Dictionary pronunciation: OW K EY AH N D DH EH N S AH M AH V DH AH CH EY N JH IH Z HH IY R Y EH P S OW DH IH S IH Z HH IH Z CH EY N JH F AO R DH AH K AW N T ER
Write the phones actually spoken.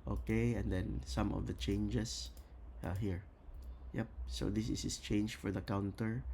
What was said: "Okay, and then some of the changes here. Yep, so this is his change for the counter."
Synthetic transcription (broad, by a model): OW K EY AH N D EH N S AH M AH V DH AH CH EY N JH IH S HH IY R Y EH P S OW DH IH S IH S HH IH S CH EY N JH F AO R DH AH K AW N T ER